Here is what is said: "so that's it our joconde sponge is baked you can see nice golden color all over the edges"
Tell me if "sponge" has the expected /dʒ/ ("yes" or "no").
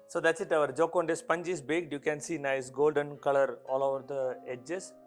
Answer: yes